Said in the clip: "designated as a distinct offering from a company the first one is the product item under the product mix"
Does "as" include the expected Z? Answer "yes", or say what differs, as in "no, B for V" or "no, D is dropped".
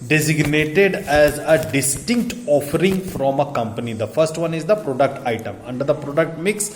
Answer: yes